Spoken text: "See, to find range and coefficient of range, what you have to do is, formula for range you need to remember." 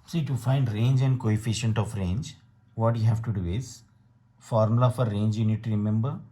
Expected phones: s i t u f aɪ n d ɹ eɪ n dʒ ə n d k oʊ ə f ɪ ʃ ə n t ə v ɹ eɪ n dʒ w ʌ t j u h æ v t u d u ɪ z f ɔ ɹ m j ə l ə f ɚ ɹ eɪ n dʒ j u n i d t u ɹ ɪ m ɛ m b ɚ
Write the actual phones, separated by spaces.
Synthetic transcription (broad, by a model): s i t u f aɪ n d ɹ eɪ n dʒ ə n d k oʊ ə f ɪ ʃ ə n t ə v ɹ eɪ n dʒ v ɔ t j u h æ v t u d u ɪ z f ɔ ɹ m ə l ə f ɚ ɹ eɪ n dʒ j u n i d t u ɹ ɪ m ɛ m b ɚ